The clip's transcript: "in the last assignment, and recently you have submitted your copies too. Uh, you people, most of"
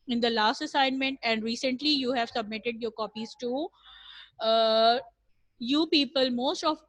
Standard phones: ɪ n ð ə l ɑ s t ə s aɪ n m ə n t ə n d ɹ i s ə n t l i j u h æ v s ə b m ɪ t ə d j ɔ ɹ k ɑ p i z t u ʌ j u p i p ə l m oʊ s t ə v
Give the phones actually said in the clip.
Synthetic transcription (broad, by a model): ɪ n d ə l ɑ s t ə s aɪ n m ə n t ə n d ɹ i s ə n t l i j u h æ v s ə b m ɪ t ə d j ɔ ɹ k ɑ p i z t u j u p i p ə l m oʊ s t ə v